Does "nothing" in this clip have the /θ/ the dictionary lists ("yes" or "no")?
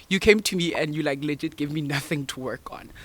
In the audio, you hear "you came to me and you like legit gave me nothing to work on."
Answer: yes